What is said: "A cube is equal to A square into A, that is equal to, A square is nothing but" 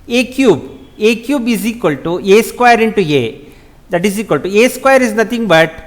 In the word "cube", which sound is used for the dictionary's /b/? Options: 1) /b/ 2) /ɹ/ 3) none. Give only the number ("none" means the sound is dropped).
1